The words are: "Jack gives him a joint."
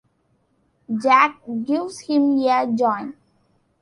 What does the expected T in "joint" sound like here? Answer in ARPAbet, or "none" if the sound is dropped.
none